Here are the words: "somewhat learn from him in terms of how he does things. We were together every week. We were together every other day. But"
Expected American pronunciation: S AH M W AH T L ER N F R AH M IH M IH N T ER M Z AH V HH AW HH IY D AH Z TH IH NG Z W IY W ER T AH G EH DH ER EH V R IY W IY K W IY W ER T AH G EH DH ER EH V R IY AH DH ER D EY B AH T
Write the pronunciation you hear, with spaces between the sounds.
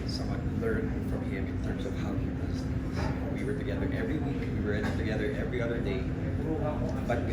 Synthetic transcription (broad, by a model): S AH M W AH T L ER N F R AH M IH M IH N T ER M Z AH V HH AW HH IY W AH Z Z W IY W ER T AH G EH DH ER EH V R IY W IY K W IY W ER T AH G EH DH ER EH V R IY AH DH ER D EY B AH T